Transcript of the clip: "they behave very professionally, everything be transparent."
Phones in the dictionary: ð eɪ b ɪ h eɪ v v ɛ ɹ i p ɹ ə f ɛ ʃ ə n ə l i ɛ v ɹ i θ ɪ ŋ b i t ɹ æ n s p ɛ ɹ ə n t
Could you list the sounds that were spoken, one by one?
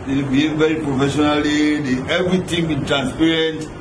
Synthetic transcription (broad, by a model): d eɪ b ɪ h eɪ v v ɛ ɹ i p ɹ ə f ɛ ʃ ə n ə l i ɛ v ɹ i t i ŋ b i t ɹ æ n s p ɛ ɹ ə n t